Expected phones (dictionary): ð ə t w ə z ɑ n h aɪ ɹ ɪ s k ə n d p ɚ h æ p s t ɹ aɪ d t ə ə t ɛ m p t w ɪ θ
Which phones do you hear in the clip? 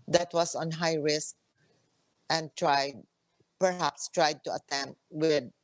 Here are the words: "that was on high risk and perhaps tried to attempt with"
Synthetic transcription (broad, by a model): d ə t w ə s ɑ n h aɪ ɹ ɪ s k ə n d p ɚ h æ p s t ɹ aɪ d t ə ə t ɛ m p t w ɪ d